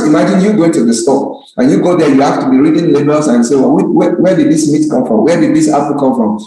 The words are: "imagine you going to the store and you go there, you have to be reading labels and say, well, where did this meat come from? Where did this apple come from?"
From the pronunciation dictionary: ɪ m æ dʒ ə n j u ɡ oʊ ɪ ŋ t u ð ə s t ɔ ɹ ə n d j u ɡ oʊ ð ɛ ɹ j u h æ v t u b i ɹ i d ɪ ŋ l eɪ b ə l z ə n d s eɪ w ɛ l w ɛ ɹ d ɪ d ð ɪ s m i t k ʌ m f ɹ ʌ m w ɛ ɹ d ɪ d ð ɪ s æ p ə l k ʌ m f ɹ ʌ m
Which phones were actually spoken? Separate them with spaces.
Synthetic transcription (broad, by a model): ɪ m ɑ dʒ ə n j u ɡ oʊ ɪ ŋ t u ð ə s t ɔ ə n j u ɡ oʊ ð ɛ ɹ j u h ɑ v t u b i ɹ i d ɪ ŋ l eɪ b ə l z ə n s eɪ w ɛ w w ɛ w d ɪ d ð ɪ s m i t k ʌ m f ɹ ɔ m w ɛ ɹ d ɪ d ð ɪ s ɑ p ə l k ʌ m f ɹ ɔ m